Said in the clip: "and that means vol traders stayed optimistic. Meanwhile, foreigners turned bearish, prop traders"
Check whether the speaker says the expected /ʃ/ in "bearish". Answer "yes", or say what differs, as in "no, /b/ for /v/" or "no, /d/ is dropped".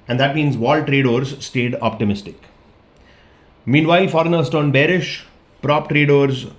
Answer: yes